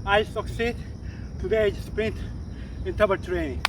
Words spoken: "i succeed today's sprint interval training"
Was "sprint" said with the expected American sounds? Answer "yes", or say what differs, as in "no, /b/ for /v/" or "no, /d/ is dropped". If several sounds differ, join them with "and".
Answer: yes